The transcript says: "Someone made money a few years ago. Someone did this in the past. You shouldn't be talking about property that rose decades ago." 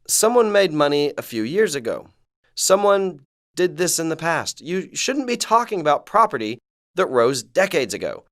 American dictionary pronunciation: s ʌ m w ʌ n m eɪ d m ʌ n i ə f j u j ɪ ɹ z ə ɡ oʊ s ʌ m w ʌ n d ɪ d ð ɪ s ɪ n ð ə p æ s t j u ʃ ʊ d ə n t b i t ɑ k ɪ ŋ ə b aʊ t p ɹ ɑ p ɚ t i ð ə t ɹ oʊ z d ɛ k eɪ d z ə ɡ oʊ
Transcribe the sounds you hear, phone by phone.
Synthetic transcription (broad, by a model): s ʌ m w ʌ n m eɪ d m ʌ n i ə f j u j ɪ ɹ z ə ɡ oʊ s ʌ m w ʌ n d ɪ d ð ɪ s ɪ n ð ə p æ s t j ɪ ʃ ʊ d n b i t ɑ k ɪ ŋ ə b aʊ t p ɹ ɑ p ɚ t i ð ə t ɹ oʊ z d ɛ k eɪ d z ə ɡ oʊ